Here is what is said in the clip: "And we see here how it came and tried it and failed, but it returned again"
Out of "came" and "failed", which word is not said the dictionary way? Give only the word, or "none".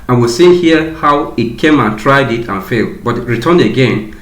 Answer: none